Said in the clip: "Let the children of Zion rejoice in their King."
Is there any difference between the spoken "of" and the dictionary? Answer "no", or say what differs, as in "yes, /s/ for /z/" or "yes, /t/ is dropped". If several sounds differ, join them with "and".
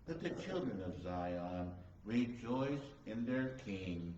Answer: no